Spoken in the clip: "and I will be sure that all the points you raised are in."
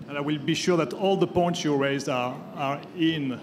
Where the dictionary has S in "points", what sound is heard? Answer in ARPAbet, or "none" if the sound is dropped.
S